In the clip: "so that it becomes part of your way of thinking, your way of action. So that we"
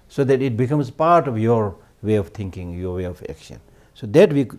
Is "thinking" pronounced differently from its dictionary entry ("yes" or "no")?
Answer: yes